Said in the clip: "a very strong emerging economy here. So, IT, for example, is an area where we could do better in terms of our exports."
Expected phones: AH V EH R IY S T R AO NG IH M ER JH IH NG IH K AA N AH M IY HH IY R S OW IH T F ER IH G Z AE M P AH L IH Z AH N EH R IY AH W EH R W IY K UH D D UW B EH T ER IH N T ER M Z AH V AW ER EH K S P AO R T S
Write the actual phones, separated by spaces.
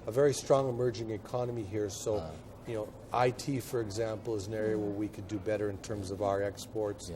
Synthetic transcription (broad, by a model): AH V EH R IY S T R AO NG IH M ER JH IH NG IH K AA N AH M IY HH IY R S OW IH T F ER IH G Z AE M P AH L IH Z AH N EH R IY AH W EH R W IY K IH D D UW B EH T ER IH N T ER M Z AH V AW ER EH K S P AO R T S